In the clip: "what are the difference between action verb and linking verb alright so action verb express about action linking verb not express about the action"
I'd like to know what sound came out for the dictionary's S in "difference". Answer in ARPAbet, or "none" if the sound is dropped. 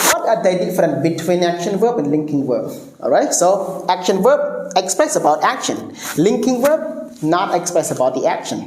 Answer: none